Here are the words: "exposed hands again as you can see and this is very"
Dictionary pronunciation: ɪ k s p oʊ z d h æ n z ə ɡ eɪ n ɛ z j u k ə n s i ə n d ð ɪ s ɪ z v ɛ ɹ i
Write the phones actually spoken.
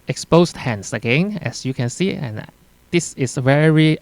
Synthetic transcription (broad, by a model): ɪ k s p oʊ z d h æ n s ə ɡ eɪ n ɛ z j u k ə n s i ə n d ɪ s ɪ s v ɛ ɹ i